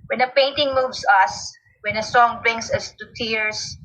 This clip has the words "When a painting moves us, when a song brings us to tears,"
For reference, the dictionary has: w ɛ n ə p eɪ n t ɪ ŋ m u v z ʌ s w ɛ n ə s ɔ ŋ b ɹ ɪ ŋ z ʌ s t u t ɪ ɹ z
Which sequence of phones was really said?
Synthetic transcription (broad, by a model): w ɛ n ə p eɪ n t ɪ ŋ m u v s ʌ s w ɛ n ə s ɔ ŋ b ɹ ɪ ŋ s ʌ s t u t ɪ ɹ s